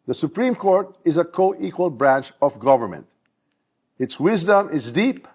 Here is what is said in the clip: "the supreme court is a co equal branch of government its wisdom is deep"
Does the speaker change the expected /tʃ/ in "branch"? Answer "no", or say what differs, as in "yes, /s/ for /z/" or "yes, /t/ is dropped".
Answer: no